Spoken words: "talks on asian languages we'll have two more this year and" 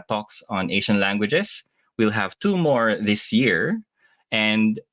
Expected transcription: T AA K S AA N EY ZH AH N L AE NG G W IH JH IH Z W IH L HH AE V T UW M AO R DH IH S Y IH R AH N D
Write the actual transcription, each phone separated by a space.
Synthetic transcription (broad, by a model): T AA K S AA N EY SH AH N L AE NG G W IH JH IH S W IH L HH AE V T UW M AO R DH IH S Y IH R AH N D